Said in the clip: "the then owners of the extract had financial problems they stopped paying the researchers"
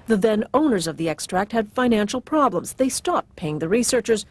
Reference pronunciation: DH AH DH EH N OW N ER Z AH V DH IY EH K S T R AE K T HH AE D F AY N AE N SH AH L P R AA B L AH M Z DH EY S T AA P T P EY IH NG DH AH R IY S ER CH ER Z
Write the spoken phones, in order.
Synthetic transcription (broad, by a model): DH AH DH EH N OW N ER Z AH V DH IY EH K S T R AE K T HH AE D F AY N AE N SH L P R AA B L AH M Z DH EY S T AA P T P EY IH NG DH AH R IY S ER CH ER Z